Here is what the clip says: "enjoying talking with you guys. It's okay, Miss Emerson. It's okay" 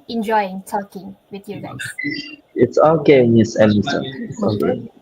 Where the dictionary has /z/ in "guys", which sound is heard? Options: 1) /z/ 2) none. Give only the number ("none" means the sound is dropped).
2